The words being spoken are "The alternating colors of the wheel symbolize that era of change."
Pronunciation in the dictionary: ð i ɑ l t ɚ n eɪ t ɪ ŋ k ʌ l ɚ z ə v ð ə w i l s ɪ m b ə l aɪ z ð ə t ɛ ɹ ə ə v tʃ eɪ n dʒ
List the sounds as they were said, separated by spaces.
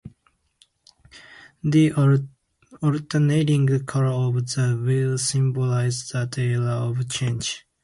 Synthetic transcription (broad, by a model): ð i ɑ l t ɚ n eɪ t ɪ ŋ k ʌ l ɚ ə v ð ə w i l s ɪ m b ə l aɪ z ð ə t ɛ l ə ə v tʃ eɪ n dʒ